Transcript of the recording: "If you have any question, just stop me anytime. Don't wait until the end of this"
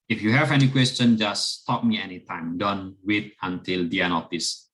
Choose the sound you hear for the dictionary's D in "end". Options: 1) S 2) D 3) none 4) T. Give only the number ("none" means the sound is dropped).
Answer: 3